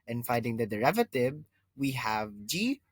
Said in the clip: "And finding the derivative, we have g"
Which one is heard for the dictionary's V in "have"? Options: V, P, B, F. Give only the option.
V